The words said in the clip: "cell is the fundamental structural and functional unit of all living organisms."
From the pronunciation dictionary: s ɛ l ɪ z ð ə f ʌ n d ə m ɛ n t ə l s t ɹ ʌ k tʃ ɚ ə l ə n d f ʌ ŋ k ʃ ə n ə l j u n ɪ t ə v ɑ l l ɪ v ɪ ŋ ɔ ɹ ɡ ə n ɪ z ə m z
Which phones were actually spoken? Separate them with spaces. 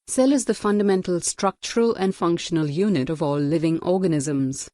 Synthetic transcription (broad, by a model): s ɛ l ɪ z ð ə f ʌ n d ə m ɛ n t ə l s t ɹ ʌ k tʃ ɚ ə l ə n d f ʌ ŋ k ʃ ə n ə l j u n ɪ t ə v ɑ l l ɪ v ɪ ŋ ɔ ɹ ɡ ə n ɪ z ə m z